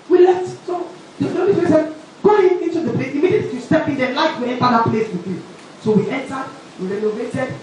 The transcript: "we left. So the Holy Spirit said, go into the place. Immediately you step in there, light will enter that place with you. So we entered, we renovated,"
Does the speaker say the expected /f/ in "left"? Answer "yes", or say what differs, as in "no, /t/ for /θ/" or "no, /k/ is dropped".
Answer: no, /f/ is dropped